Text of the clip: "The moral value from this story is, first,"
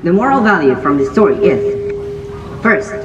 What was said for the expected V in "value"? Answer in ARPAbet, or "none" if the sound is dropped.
V